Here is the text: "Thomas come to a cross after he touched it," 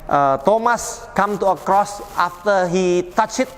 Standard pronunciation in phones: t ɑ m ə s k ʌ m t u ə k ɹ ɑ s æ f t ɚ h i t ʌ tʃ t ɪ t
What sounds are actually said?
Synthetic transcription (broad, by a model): t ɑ m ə s k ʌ m t u ə k ɹ ɑ s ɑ f t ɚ h i t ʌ tʃ ɪ t